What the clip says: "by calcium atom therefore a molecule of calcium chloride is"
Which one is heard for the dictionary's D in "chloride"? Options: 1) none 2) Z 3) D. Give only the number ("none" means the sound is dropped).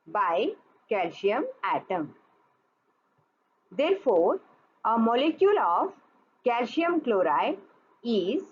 1